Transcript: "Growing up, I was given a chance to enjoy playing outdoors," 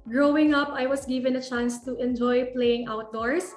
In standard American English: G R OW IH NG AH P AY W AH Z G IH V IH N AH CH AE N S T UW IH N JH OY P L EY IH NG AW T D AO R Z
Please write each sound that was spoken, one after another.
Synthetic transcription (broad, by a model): G R OW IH NG AH P AY W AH S G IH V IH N AH CH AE N S T UW IH N JH OY P L EY IH NG AW T D AO R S